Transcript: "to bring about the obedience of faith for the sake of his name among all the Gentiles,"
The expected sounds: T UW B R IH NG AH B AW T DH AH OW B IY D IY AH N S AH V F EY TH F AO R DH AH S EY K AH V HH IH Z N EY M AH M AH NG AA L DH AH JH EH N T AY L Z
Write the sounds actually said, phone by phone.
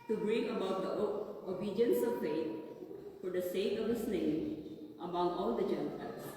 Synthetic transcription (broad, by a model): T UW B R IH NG AH B AW T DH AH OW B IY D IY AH N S AH V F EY T F AO R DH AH S EY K AH V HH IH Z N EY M AH M AH NG AA L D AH JH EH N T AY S